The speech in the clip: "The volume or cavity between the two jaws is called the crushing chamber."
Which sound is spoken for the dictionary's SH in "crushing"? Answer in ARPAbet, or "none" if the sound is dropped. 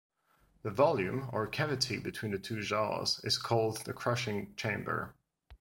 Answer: SH